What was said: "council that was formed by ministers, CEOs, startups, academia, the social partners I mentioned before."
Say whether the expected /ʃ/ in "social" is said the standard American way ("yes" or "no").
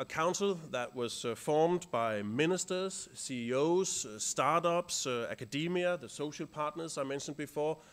yes